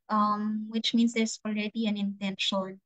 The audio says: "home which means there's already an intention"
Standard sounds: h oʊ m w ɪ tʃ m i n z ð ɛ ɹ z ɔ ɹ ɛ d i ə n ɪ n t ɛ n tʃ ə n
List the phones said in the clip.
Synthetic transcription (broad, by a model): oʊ m w ɪ tʃ m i n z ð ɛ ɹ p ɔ l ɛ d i ə n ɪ n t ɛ n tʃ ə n